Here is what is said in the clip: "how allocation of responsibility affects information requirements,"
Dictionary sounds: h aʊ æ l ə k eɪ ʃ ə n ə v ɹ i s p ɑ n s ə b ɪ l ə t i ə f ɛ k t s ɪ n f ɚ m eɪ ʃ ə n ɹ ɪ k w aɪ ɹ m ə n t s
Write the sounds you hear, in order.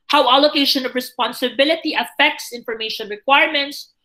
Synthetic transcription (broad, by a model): h aʊ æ l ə k eɪ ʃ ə n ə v ɹ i s p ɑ n s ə b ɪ l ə t i ə f ɛ k t s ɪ n f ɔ m eɪ ʃ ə n ɹ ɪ k w aɪ ɹ m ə n t s